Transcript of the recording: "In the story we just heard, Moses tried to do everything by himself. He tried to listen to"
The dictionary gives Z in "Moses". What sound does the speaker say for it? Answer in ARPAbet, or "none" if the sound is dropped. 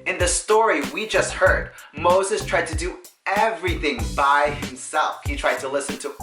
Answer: Z